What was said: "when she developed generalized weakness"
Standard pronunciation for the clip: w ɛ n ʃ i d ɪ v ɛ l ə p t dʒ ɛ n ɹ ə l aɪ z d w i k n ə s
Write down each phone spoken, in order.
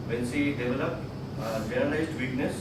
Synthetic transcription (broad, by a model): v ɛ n s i d ɪ v ɛ l ə p t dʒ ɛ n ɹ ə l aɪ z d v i k n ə s